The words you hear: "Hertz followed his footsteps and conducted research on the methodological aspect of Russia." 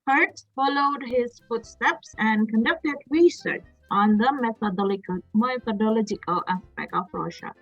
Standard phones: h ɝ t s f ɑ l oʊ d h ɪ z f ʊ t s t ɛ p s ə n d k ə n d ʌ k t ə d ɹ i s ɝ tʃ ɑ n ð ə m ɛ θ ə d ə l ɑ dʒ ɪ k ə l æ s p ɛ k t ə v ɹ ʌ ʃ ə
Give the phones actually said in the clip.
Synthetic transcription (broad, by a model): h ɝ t s f ɑ l oʊ d h ɪ z f ʊ t s t ɛ p s ə n d k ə n d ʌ k t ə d ɹ i s ɝ tʃ ɑ n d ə m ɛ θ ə d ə l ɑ dʒ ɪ k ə l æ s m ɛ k ə f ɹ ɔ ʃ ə